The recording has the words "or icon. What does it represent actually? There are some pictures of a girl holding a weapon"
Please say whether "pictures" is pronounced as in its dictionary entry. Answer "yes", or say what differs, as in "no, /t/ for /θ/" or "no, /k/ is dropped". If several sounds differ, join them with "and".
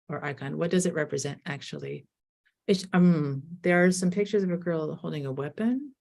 yes